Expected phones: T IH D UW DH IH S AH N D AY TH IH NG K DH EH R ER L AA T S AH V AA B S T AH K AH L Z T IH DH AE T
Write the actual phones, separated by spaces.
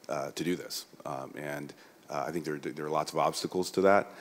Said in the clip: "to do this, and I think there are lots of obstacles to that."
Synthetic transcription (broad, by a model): T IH D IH DH IH S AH N AY TH IH NG K DH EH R ER L AA T S AH V AA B S T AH K L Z T IH DH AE T